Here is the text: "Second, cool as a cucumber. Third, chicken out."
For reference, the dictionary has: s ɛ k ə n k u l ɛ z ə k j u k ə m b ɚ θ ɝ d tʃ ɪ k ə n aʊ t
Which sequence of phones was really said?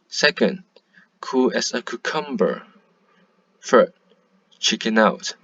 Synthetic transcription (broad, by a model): s ɛ k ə n k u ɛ s ə k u k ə m b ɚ f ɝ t tʃ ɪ k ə n aʊ t